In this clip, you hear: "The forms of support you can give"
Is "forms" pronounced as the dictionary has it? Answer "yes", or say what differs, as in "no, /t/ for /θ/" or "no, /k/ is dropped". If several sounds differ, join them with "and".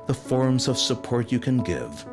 yes